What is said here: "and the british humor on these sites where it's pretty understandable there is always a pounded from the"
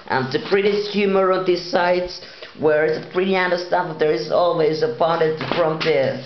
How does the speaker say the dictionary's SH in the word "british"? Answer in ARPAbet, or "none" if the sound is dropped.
S